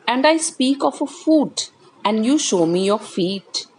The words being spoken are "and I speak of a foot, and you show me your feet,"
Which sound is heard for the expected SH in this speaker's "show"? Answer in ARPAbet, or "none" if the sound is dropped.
SH